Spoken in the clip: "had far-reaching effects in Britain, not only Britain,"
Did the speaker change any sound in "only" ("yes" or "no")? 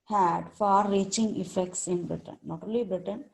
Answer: yes